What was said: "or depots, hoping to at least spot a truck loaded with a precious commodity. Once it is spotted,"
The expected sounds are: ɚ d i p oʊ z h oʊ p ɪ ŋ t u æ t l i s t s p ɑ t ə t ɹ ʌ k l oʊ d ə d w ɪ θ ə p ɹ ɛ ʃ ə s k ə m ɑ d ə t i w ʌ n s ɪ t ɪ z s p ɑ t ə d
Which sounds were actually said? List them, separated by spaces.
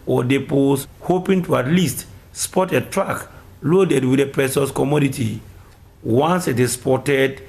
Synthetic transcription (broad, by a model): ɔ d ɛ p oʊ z h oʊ p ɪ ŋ t u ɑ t l i s t s p ɑ t ə t ɹ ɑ k l oʊ d ə d w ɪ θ ə p ɹ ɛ s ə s k ə m ɑ d ə t i w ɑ n s ɪ t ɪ s p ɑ t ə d